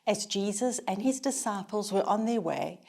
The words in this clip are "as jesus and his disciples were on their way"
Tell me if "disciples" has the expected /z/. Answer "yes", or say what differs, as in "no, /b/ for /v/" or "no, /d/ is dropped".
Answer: yes